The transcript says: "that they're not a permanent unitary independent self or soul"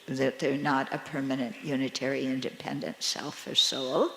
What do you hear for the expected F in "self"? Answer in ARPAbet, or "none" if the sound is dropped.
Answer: F